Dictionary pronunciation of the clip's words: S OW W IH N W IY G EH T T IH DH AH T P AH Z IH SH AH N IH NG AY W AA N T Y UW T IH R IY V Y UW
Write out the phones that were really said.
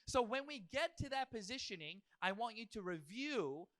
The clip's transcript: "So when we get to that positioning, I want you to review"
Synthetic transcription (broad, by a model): S OW W IH N W IY G EH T T IH DH AH T P AH Z IH SH AH N IH NG AY W AA N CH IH T IH R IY V Y UW